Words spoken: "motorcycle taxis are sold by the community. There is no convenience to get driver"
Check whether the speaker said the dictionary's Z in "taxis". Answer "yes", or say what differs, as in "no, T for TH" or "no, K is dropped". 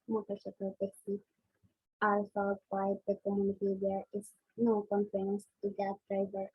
no, Z is dropped